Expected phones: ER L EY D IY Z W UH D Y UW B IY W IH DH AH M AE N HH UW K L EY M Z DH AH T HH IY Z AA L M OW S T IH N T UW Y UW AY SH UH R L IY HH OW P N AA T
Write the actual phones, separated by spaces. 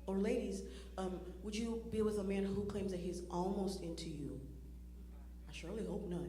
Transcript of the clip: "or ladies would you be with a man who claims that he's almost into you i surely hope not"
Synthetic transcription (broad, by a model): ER L EY D IY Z W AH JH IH B IY W IH DH AH M AE N HH UW K L EY M Z DH AH T HH IY Z AA L M OW S T IH N T UW Y UW AY SH UH R L IY HH OW P N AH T